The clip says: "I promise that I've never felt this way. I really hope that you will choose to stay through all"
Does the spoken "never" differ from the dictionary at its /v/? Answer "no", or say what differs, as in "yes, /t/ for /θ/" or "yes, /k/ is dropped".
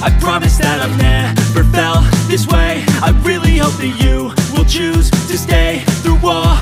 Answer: yes, /p/ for /v/